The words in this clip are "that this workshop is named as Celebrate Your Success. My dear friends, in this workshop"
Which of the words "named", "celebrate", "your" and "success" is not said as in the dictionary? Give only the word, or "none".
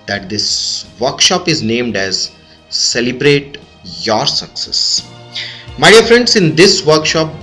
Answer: none